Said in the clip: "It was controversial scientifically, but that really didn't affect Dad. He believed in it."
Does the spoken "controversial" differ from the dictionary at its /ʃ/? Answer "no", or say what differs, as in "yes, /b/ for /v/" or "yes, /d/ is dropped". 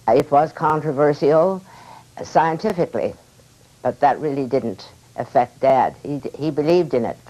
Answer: yes, /s/ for /ʃ/